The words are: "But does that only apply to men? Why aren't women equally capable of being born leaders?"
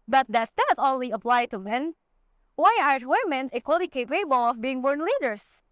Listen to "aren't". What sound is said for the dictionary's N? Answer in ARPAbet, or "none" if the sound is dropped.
none